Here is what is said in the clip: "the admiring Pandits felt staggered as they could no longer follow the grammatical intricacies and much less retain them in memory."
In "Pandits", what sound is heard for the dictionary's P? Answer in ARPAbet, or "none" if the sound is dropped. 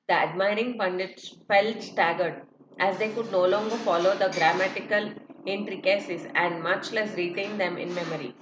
B